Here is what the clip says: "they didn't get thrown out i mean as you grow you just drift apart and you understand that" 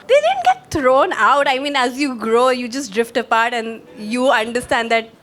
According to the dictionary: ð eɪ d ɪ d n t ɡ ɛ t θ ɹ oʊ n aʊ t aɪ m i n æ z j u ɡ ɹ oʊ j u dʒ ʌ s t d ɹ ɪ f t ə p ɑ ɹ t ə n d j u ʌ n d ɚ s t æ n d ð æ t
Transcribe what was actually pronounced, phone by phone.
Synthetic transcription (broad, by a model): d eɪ d ɪ d n t ɡ ɛ t t ɹ oʊ n aʊ t aɪ m i n æ z j u ɡ ɹ oʊ j u dʒ ʌ s t d ɹ ɪ f t ə p ɑ ɹ t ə n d j u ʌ n d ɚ s t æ n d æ t